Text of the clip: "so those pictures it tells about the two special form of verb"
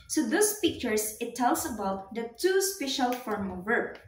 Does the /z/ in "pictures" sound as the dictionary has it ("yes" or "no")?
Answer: no